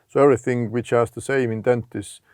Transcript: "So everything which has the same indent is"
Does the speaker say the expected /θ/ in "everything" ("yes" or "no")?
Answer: yes